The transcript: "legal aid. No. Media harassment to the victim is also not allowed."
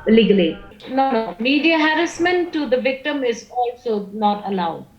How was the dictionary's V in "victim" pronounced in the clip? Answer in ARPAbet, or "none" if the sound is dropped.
V